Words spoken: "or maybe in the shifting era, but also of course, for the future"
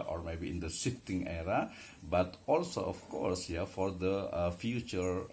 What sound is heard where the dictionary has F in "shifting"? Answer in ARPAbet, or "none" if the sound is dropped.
none